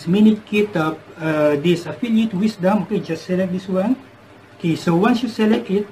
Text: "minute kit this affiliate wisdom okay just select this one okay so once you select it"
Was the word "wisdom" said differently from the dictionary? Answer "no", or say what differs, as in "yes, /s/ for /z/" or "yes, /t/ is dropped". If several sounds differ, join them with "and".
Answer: yes, /s/ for /z/